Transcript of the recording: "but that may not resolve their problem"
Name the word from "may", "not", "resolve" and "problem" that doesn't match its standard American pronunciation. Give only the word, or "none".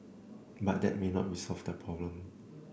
resolve